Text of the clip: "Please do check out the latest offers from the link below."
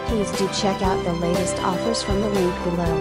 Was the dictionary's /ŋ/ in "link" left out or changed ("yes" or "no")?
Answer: yes